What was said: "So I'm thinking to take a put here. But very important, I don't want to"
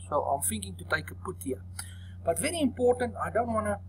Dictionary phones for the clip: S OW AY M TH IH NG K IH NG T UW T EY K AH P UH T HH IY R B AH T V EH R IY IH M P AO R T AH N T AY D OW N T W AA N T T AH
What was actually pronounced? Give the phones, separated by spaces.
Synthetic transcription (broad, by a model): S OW AY M F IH NG K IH NG T UW T EY K AH P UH T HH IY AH B AH T V EH R IY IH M P AO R T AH N T AY D OW N T W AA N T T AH